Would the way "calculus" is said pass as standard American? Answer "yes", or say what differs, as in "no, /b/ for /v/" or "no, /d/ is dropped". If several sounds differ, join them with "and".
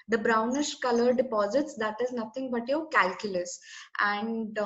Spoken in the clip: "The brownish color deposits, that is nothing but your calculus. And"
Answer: yes